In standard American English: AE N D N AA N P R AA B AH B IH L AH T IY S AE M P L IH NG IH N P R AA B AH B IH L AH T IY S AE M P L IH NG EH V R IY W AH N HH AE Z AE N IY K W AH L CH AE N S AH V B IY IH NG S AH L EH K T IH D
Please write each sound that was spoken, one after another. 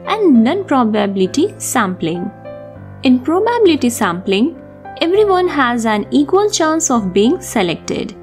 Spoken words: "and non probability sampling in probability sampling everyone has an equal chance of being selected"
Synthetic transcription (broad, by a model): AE N D N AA N P R AA B AH B IH L AH T IY S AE M P L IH NG IH N P R AA B AH B IH L AH T IY S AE M P L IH NG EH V R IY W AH N HH AE Z AE N IY K W AH L CH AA N S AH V B IY IH NG S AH L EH K T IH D